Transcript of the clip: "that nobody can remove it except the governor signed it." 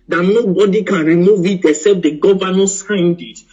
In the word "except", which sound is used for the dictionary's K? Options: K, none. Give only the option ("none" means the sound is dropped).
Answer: none